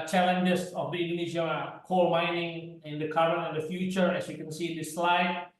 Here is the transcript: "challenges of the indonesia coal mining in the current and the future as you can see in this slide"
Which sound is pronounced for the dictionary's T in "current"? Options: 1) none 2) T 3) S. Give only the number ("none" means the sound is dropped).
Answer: 1